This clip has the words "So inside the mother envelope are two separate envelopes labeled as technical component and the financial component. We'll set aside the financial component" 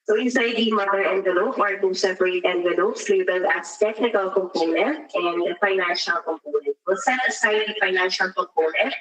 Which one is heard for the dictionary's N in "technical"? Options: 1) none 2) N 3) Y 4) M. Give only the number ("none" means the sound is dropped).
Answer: 2